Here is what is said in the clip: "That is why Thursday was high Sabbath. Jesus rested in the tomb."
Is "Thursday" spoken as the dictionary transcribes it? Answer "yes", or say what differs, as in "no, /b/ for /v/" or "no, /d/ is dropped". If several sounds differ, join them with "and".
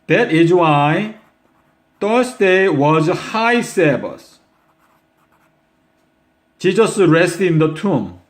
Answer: no, /t/ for /θ/ and /s/ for /z/